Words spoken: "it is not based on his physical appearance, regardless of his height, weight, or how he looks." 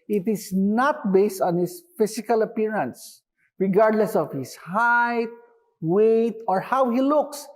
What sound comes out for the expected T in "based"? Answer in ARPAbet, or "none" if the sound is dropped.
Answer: T